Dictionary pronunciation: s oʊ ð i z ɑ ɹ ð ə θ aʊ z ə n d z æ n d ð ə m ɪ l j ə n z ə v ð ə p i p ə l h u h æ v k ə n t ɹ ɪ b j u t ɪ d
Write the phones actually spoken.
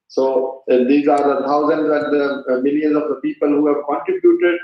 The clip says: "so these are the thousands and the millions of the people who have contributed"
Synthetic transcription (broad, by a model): s oʊ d i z ɑ ɹ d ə t aʊ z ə n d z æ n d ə m ɪ l j ə n z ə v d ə p i p ə l h u h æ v k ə n t ɹ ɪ b j u t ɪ d